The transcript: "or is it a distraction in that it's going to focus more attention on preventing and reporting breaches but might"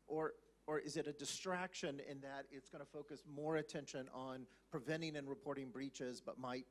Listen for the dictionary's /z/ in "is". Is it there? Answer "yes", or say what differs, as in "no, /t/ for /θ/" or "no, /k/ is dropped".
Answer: yes